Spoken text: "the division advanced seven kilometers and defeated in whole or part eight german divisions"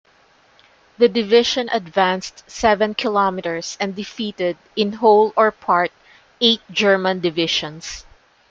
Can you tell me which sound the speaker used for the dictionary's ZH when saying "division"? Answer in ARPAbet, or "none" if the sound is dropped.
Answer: SH